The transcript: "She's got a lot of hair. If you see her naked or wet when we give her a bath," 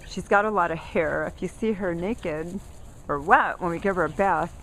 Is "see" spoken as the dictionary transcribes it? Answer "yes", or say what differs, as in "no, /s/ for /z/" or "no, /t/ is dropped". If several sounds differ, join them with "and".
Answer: yes